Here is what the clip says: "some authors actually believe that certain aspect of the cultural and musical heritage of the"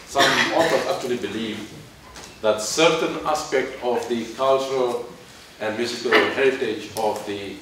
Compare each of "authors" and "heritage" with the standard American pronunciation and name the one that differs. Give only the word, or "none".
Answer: authors